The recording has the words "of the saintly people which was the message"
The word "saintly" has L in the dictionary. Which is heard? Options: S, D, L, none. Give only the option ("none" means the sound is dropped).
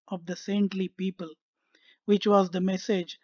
L